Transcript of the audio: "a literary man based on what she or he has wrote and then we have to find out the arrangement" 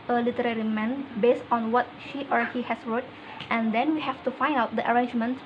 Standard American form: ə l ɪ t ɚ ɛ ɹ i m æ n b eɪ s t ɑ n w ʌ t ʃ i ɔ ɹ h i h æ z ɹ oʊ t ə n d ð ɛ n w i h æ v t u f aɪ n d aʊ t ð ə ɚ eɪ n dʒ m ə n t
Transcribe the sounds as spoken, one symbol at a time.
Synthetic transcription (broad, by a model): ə l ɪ t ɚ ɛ ɹ i m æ n b eɪ s t ɑ n w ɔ t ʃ i ɔ ɹ h i h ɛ s ɹ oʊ t ə n d ɛ n w i h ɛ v t u f aɪ n d aʊ t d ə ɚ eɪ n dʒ m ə n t